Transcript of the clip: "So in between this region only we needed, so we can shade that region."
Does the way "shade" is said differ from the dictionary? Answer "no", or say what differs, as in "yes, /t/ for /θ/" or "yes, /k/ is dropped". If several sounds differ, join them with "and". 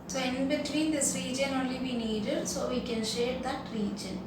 no